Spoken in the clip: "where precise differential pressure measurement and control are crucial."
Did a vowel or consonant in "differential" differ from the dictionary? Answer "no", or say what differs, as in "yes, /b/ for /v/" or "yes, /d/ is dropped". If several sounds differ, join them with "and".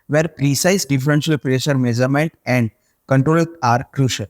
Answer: yes, /s/ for /ʃ/